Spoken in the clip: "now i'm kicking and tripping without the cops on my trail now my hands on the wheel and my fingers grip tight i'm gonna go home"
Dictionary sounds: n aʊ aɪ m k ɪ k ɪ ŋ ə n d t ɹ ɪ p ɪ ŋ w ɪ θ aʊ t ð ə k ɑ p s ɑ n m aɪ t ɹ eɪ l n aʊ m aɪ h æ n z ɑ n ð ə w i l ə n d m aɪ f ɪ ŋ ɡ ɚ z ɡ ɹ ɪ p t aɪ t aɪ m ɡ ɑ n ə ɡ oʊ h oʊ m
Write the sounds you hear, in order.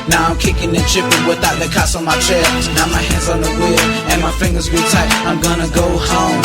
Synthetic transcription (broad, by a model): n aʊ aɪ m k ɪ k ɪ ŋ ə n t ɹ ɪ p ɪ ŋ w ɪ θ aʊ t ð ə k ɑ s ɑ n m aɪ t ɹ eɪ n aʊ m aɪ h æ n z n ð ə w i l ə n m aɪ f ɪ ŋ ɡ ɚ z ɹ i t aɪ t aɪ m ɡ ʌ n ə ɡ oʊ h oʊ m